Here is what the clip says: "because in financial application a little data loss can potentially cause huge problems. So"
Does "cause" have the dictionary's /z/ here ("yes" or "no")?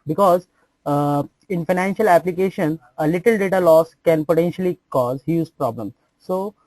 yes